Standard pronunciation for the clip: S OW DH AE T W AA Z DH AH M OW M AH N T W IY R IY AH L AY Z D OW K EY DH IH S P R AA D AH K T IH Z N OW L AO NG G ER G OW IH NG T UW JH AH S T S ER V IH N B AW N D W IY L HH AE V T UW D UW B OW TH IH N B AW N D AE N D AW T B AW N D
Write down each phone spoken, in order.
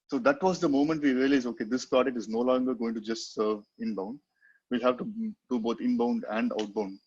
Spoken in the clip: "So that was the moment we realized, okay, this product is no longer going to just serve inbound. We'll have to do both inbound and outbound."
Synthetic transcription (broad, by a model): S OW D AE T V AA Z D AH M OW M AH N T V IY R IY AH L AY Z OW K EY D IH S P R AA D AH T IH Z N OW L AO NG G ER G OW IH NG T UW JH AH S T S ER V IH N B AW N D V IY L HH AE V T UW D UW B OW T IH N B AW N D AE N D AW T B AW N D